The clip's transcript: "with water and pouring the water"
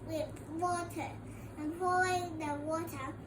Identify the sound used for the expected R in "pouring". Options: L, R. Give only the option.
L